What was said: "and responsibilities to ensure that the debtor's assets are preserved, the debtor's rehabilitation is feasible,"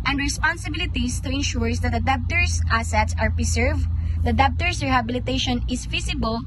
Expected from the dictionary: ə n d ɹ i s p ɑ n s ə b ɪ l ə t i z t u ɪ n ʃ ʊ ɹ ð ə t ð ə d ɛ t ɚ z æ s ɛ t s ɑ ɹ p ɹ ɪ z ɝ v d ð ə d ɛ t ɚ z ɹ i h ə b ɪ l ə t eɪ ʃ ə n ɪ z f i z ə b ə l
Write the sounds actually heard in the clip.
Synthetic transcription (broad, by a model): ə n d ɹ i s p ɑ n s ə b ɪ l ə t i s t u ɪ n ʃ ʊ ɹ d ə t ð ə d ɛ t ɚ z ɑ s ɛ t s ɑ ɹ p ɹ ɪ s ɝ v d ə d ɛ t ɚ s ɹ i h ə b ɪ l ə t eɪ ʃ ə n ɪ s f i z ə b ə l